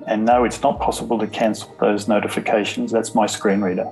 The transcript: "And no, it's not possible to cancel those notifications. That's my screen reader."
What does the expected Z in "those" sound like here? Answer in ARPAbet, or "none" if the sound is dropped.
Z